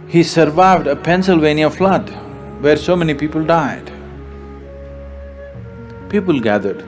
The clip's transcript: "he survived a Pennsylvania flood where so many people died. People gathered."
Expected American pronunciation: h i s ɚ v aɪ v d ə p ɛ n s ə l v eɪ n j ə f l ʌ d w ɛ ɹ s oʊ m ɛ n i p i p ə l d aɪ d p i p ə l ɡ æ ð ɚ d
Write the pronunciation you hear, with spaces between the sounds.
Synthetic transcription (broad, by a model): h i s ɚ v aɪ v d ə p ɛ n s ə l v eɪ n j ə f l ʌ d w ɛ ɹ s oʊ m ɛ n i p i p ə l d aɪ d p i p ə l ɡ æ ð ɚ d